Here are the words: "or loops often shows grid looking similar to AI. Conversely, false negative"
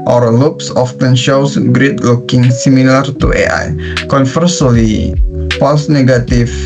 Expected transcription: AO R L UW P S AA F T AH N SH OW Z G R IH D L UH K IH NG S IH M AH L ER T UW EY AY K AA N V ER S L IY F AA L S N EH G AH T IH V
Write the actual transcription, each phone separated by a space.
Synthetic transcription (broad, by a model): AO R L UW P S AA F T AH N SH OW S G R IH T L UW K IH NG S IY M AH L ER T UW EY AY K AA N F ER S L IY P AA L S N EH G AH T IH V